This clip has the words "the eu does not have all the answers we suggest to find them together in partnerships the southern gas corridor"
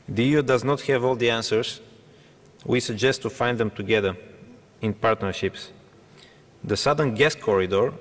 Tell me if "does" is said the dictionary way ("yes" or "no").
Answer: yes